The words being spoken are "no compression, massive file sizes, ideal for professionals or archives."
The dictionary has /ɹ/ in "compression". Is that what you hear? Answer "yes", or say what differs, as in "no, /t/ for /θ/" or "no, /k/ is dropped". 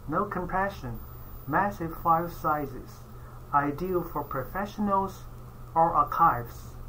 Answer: no, /ɹ/ is dropped